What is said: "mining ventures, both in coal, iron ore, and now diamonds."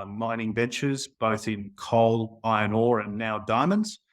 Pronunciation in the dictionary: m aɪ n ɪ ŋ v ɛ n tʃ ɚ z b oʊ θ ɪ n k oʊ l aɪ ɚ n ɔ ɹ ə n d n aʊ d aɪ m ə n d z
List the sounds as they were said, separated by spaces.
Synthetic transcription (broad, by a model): m aɪ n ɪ ŋ v ɛ n tʃ ɚ z b oʊ θ ɪ n k oʊ l aɪ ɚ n ɔ ɹ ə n n aʊ d aɪ m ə n d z